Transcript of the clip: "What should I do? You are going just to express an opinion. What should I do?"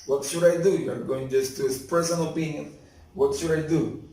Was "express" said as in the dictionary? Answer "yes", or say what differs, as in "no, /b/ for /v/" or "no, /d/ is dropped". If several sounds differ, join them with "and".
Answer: no, /k/ is dropped